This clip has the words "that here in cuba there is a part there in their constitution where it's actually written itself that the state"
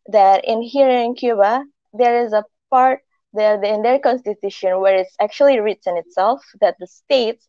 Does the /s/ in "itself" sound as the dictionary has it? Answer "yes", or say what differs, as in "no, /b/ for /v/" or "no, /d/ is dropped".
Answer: yes